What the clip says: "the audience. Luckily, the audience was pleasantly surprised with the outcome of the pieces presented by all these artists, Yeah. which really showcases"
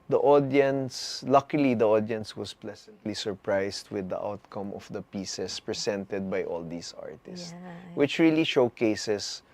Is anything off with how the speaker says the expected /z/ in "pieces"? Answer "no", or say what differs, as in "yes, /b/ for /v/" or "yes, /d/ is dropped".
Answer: yes, /s/ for /z/